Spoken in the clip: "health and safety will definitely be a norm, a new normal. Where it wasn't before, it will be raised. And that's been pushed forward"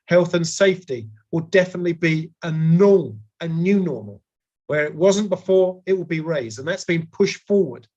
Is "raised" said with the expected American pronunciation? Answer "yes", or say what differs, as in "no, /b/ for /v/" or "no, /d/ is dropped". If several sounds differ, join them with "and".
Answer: yes